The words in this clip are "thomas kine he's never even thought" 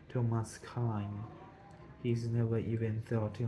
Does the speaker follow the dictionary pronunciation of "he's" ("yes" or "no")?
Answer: yes